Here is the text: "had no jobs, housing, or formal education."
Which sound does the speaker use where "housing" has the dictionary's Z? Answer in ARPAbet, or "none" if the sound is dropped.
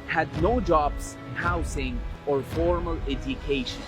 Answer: S